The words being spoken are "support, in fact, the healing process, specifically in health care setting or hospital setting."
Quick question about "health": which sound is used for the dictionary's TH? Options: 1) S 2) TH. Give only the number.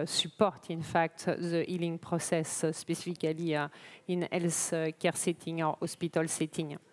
1